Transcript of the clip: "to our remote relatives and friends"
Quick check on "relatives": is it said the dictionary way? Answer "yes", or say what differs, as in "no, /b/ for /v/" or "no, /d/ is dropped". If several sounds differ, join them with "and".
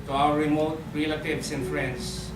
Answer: no, /s/ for /z/